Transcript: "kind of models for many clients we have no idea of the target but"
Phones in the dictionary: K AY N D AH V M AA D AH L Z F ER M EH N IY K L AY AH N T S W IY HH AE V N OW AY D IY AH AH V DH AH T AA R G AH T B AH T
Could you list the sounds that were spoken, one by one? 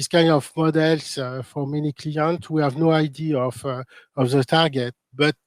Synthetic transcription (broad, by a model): K AY N D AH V M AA D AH L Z F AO M EH N IY K L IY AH N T W IY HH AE V N OW AY D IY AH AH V DH AH T AA R G AH T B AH T